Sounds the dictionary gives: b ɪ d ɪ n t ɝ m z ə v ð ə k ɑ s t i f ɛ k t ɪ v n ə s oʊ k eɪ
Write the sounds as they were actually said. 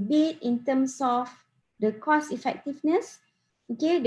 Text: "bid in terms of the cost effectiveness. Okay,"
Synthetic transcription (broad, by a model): b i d ɪ n t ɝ m s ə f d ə k ɑ s i f ɛ k t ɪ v n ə s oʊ k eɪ